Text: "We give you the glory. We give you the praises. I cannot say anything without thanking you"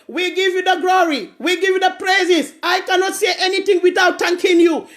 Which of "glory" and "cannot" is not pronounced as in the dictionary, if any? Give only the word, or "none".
none